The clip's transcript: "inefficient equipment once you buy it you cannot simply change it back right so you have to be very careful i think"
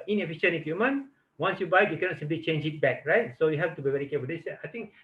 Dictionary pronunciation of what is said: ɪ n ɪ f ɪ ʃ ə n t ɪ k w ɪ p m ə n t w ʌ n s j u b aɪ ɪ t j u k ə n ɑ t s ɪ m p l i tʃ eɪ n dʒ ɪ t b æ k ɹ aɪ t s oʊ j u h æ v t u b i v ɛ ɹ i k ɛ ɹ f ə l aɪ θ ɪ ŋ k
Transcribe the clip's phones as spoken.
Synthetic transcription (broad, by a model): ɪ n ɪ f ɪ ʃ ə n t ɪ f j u m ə n w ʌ n s j u b aɪ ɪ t j u k ə n ɑ t s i m p l i tʃ eɪ n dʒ ɪ t b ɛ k ɹ aɪ t s oʊ j u h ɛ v t u b i v ɛ ɹ i k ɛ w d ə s aɪ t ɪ ŋ k